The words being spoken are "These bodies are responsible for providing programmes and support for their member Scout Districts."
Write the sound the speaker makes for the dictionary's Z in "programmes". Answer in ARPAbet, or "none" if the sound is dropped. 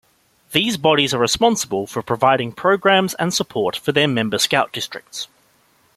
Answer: Z